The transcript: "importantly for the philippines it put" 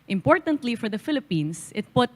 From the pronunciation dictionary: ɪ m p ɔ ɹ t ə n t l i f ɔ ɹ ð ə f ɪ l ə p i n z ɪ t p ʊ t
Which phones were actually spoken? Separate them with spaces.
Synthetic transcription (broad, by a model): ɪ m p ɔ ɹ t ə n t l i f ɔ ɹ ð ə f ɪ l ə p i n s ɪ t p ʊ t